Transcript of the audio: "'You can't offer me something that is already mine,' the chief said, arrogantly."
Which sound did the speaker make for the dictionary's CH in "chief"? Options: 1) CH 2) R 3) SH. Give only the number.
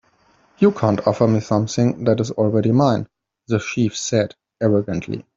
3